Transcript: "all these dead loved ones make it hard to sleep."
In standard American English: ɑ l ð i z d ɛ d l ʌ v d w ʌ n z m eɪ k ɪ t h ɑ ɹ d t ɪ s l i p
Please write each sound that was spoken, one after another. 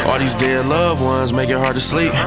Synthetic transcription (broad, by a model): ɑ l ð i z d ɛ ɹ l ʌ v w ʌ n z m eɪ k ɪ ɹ h ɑ ɹ d t ɪ s l i p